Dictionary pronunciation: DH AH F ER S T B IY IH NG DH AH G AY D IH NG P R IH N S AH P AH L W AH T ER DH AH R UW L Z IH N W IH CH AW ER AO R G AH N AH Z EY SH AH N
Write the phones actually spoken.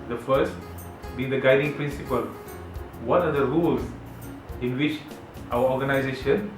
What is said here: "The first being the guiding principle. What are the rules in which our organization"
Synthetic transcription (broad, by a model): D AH F ER S T B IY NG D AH G AY D IH NG P R IH N S AH P AH L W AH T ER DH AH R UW L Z IH N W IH CH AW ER AO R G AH N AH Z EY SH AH N